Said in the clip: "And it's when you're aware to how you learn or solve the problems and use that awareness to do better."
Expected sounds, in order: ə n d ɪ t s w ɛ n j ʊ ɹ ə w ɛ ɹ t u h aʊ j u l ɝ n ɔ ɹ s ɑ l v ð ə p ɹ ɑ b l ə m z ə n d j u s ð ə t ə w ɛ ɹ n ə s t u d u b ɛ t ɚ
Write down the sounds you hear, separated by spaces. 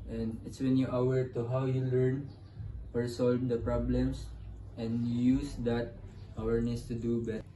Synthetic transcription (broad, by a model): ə n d ɪ t s w ɛ n j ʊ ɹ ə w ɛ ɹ t u h aʊ j u l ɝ n ɔ ɹ s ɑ l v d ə p ɹ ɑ b l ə m s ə n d j u s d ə t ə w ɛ ɹ n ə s t u d u b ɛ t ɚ